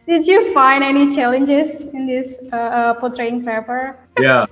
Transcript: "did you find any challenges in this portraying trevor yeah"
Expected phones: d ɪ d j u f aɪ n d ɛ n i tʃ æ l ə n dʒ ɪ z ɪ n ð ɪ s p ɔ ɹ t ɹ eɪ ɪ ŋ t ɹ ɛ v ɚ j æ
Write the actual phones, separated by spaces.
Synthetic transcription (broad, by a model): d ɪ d j u f aɪ n d ɛ n i tʃ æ l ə n dʒ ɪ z ɪ n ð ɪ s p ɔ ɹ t ɹ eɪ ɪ ŋ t ɹ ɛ p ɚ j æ